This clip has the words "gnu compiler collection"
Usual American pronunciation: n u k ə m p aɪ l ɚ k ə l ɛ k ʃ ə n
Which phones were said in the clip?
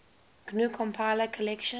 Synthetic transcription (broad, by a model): n u k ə m p aɪ l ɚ k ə l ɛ k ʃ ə